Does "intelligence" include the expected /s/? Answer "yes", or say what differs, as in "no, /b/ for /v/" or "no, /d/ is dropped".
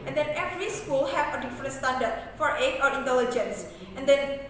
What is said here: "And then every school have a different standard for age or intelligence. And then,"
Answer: yes